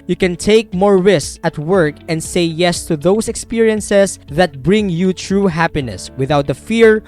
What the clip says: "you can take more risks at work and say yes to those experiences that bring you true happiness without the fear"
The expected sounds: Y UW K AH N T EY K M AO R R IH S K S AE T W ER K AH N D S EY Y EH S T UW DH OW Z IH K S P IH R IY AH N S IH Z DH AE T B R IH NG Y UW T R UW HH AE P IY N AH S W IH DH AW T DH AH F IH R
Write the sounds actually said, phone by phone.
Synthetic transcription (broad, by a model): Y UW K AH N T EY K M AO R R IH S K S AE T W ER K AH N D S EY Y EH S T UW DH OW S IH K S P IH R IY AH N S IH S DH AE T B R IH NG Y UW T R UW HH AE P IY N AH S W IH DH AW T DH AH F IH R